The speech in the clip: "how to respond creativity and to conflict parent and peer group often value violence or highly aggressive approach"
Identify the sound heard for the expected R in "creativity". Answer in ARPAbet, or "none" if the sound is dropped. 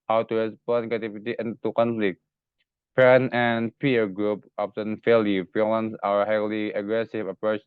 none